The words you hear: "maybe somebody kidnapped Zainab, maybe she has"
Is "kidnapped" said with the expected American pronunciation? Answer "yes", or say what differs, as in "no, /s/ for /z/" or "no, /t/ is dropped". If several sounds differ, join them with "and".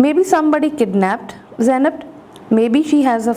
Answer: yes